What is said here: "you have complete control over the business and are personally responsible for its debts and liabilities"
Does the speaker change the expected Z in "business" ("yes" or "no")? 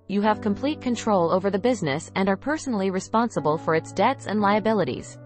no